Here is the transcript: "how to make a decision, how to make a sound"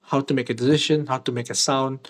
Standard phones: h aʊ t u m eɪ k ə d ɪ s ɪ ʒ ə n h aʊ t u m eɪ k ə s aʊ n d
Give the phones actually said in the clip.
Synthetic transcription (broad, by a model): h aʊ t u m eɪ k ə d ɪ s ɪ ʃ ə n h aʊ t u m eɪ k ə s aʊ n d